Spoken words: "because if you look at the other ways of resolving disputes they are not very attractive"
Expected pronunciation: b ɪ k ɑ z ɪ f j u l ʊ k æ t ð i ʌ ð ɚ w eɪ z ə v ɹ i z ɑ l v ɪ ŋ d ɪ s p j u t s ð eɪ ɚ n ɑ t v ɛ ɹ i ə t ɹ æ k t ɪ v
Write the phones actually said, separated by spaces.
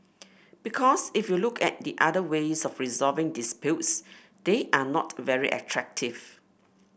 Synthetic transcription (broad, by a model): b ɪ k ɑ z ɪ f j u l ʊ k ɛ t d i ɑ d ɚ w eɪ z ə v ɹ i z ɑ v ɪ ŋ d ɪ s p j u t s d eɪ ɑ n ɑ t v ɛ ɹ i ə t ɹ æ k t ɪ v